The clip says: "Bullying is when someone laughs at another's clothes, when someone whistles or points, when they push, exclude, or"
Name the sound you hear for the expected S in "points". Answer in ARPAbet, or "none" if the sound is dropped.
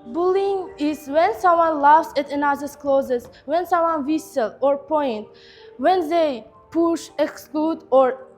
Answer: none